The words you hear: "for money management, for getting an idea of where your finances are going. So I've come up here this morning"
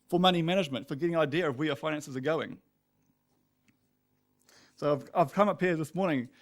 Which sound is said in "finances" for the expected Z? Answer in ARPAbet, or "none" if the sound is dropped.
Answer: Z